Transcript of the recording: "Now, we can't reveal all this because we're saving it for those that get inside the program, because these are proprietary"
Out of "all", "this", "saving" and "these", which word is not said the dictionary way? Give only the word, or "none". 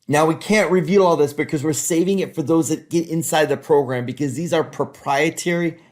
none